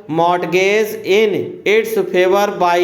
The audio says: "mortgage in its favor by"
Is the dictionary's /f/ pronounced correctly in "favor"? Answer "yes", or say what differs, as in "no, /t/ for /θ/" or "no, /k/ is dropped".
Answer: no, /p/ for /f/